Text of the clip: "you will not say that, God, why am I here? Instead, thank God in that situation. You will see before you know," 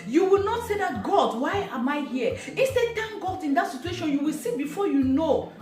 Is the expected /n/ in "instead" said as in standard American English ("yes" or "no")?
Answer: no